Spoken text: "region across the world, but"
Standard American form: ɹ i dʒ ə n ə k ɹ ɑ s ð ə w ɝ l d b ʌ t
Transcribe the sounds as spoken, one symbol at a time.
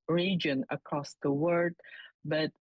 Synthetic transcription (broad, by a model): ɹ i dʒ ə n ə k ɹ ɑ s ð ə w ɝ d b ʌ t